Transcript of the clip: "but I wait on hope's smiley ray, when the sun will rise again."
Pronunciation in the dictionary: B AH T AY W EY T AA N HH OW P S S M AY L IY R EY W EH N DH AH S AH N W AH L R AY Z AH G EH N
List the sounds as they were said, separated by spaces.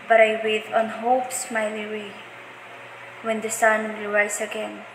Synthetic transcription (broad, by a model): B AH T AY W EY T AA N HH OW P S S M AY L IY W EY W EH N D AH S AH N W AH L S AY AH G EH N